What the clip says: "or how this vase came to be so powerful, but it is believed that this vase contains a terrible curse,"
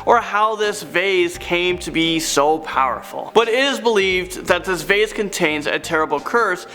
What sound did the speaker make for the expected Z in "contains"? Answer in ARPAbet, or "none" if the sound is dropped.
Z